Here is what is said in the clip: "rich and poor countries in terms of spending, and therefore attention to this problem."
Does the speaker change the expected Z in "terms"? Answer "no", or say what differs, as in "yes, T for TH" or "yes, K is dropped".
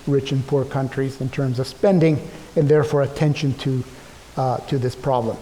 no